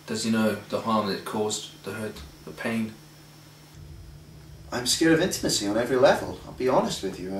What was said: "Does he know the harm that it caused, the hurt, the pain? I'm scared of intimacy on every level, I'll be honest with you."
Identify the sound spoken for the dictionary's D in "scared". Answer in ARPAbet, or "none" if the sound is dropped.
none